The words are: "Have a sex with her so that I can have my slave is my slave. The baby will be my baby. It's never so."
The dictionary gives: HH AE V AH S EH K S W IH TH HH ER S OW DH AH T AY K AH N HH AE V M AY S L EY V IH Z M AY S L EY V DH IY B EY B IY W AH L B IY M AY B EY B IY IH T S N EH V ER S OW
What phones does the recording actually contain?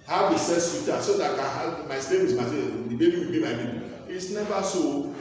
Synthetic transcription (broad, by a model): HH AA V AH S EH S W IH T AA S OW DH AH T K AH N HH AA M AY S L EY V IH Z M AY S EY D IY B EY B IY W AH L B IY M AY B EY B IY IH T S N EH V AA S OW